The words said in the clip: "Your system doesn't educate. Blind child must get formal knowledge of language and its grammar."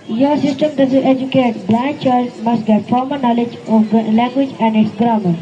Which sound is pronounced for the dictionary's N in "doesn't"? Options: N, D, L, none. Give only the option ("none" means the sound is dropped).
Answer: none